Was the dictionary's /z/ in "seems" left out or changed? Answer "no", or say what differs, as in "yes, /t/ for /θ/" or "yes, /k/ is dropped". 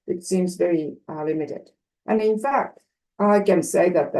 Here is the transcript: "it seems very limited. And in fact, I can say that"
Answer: no